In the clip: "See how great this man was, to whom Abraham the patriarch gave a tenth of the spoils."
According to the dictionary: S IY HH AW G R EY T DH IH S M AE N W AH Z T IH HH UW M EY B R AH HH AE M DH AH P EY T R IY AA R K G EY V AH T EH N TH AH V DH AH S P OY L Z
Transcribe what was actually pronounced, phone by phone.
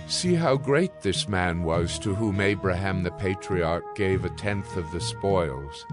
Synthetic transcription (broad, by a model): S IY HH AW G R EY T DH IH S M AE N W AH Z T IH HH UW M EY B R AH HH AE M DH AH P EY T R IY AA R K G EY V AH T EH N TH AH V DH AH S P OY L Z